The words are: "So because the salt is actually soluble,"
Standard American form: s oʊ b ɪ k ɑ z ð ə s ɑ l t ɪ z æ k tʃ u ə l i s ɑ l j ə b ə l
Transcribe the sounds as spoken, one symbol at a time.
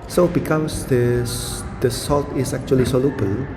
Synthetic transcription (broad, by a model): s oʊ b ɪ k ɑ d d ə s ɑ l t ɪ s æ k tʃ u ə l i s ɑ l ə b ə l